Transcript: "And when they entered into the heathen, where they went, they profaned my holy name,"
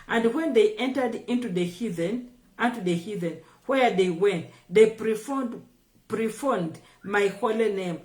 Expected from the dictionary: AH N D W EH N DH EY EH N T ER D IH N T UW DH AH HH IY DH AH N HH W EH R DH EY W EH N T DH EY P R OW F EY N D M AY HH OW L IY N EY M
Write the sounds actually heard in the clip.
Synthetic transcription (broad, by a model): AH N D W EH N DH EY EH N T ER D IH N T UW DH AH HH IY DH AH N HH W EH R DH EY W EH N T DH EY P R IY F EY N D M AY HH OW L IY N EY M